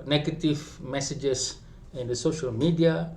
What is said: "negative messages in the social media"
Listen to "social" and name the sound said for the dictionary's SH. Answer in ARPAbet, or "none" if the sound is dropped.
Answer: SH